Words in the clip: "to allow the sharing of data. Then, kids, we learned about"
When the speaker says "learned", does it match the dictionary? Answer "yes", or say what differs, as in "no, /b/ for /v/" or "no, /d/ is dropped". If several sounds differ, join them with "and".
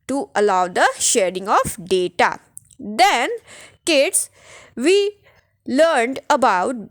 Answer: yes